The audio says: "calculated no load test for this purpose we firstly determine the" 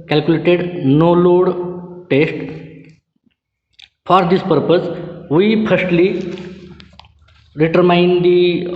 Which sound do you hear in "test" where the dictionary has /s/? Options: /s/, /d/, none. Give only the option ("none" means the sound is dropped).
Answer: /s/